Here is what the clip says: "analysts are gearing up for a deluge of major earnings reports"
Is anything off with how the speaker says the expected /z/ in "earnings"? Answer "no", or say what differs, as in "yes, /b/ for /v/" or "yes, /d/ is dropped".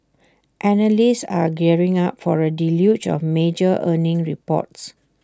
yes, /z/ is dropped